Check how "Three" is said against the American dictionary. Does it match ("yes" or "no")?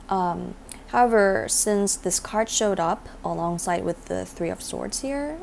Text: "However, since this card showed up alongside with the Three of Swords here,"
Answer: yes